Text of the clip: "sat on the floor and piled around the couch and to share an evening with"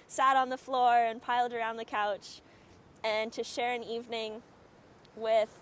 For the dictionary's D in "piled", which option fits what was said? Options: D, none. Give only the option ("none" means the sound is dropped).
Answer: D